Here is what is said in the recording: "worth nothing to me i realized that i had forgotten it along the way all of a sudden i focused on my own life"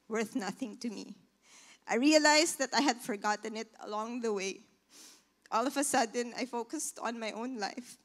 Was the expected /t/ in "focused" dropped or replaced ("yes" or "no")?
no